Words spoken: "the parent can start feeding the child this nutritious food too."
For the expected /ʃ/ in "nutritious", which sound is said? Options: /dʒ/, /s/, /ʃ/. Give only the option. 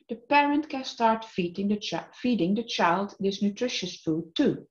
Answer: /ʃ/